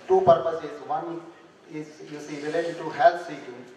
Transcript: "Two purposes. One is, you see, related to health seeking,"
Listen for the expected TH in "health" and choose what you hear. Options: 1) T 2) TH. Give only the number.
1